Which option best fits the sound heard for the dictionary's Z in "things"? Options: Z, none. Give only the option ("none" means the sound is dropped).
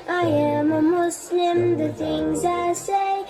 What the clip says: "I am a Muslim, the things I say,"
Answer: Z